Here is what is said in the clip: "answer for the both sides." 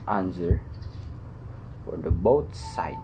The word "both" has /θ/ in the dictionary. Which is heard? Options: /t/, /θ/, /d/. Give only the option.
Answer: /t/